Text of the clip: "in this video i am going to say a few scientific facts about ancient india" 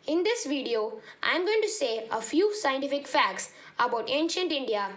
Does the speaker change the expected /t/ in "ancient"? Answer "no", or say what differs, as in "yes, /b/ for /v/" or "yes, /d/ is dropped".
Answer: no